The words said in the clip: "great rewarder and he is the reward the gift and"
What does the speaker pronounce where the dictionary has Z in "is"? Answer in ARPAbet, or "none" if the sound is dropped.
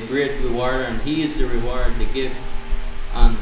Z